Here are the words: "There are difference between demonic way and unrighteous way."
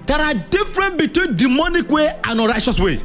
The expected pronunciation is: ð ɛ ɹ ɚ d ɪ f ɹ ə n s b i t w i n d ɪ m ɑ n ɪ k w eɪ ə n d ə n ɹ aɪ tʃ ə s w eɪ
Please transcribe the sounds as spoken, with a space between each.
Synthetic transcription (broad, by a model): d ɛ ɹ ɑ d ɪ f ɹ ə n b i t w i n d ɪ m ɑ n ɪ k w eɪ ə n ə ɹ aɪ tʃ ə s w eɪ